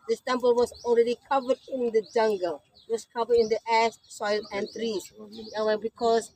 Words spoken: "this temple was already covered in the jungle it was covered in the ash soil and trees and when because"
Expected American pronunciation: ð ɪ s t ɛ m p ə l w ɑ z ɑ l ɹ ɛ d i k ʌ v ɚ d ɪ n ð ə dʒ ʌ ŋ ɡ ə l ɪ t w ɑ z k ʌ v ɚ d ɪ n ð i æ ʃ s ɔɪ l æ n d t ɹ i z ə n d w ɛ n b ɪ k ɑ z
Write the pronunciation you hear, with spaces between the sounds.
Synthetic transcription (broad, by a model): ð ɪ s t ɛ m p ə l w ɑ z ɑ l ɹ ɛ d i k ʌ v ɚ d ɪ n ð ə dʒ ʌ ŋ ɡ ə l ɪ t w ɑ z k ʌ v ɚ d ɪ n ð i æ s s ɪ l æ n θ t ɹ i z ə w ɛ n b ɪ k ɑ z